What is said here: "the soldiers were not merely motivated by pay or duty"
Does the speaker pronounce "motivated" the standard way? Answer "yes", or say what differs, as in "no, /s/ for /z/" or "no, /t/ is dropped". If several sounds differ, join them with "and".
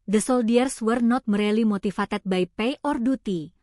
no, /f/ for /v/